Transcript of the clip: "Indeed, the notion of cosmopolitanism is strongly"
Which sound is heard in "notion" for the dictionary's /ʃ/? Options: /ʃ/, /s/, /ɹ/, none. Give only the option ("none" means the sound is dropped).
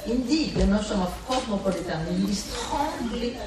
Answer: /s/